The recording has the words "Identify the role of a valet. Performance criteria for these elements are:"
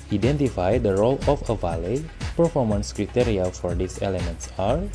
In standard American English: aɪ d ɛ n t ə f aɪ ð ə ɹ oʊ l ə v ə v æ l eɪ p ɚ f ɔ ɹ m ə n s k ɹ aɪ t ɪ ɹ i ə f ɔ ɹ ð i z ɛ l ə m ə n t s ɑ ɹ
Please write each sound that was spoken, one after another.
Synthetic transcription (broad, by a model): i d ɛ n t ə f aɪ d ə ɹ oʊ l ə f ə v æ l eɪ p ɚ f ɔ ɹ m ə n s k ɹ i t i ɹ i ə f ɔ ɹ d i s ɛ l ə m ə n t s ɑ ɹ